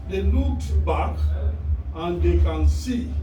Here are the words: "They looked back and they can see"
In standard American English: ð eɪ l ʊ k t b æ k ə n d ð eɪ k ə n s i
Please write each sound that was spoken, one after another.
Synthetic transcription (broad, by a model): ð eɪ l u t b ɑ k ə n d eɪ k ə n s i